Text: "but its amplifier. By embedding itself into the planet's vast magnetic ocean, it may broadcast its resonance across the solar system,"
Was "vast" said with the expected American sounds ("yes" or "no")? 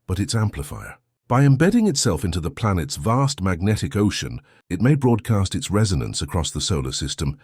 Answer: yes